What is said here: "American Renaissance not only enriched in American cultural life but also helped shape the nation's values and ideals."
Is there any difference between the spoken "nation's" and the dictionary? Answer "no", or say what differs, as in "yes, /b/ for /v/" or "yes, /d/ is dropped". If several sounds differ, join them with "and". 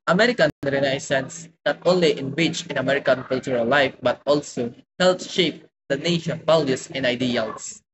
yes, /z/ is dropped